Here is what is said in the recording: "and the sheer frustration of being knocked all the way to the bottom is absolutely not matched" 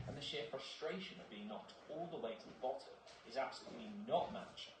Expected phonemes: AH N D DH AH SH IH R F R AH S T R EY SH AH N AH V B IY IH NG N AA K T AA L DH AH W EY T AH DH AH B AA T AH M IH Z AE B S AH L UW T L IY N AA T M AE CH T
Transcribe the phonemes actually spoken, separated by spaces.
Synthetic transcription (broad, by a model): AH N DH AH SH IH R F R AH S T R EY SH AH N AH V B IY IH NG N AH T AA L DH AH W EY T AH DH AH B AA T AH M IH Z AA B S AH L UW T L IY N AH T M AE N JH